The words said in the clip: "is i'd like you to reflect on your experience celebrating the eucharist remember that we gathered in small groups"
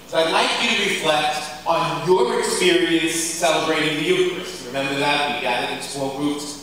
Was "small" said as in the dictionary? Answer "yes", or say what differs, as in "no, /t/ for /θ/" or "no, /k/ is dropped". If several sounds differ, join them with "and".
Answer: no, /m/ is dropped